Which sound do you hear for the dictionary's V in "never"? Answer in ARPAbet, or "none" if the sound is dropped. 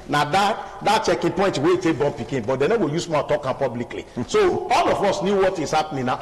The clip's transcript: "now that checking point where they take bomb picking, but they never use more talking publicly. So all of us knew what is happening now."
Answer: W